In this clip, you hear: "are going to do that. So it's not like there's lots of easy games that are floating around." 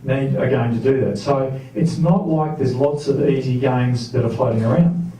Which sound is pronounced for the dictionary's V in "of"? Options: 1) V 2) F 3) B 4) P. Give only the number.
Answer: 1